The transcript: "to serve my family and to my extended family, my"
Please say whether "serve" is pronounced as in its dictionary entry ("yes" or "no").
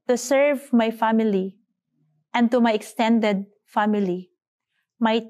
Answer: yes